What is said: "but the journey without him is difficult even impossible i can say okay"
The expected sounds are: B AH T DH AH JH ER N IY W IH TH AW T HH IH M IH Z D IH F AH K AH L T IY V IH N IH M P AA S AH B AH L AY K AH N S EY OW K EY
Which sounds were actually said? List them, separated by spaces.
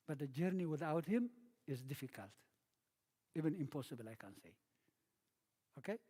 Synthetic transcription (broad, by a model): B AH T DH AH JH ER N IY W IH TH AW T HH IH M IH Z D IH F AH K AH L T IY V IH N IH M P AA S AH B AH L AY K AH N S EY OW K EY